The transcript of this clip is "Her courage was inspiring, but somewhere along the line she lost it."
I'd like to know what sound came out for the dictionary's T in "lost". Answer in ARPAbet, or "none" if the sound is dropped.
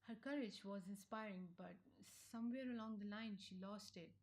T